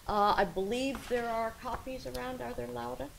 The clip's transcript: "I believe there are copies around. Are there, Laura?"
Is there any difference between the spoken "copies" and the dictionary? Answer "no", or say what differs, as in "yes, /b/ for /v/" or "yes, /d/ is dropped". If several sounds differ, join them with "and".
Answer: no